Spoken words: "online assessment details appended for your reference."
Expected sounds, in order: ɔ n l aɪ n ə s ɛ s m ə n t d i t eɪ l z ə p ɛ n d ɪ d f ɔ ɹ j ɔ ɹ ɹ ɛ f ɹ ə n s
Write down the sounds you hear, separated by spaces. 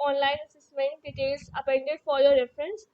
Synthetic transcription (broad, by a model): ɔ n l aɪ n ə s ɛ s m ə n t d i t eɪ l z ə p ɛ n d ɪ d f ɔ ɹ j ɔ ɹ ɹ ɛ f ɹ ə n s